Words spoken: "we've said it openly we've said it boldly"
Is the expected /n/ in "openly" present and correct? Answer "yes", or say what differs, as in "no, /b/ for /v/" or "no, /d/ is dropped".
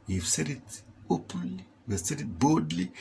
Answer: no, /n/ is dropped